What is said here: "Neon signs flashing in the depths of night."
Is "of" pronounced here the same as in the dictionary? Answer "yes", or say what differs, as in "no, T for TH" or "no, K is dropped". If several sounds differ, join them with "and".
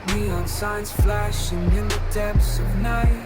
yes